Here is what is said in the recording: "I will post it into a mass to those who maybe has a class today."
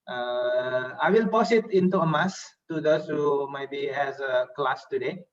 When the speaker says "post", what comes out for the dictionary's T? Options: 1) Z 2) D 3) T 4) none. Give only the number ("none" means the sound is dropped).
4